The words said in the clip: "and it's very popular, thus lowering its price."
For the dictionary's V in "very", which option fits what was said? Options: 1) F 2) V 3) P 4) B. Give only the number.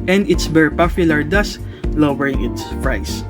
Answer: 4